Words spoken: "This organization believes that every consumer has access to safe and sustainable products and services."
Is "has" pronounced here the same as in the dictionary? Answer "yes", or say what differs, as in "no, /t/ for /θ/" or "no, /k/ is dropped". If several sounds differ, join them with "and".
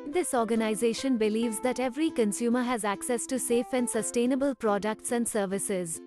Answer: yes